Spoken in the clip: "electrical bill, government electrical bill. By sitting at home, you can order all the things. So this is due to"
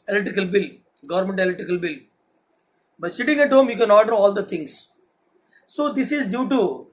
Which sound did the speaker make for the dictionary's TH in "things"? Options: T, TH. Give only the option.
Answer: T